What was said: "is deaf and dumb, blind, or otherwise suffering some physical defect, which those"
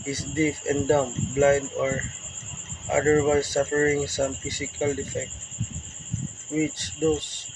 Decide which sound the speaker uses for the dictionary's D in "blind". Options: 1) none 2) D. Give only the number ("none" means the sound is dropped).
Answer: 2